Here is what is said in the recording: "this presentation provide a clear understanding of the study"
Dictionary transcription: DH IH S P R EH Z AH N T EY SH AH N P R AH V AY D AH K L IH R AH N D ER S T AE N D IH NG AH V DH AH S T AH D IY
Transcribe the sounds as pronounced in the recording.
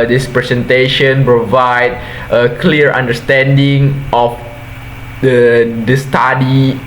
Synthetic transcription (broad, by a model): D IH S P R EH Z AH N T EY SH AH N P R AH V AY D AH K L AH R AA N D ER S T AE N D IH NG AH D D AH S T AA D IY